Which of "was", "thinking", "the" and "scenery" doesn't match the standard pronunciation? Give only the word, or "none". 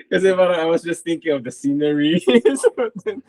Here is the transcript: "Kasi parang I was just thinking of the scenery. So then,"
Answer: none